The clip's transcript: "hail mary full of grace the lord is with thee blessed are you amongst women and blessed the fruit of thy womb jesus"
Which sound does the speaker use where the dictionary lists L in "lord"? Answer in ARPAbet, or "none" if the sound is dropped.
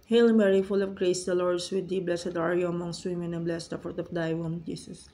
L